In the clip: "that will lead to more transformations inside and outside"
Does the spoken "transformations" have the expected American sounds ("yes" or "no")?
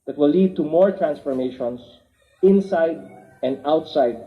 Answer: no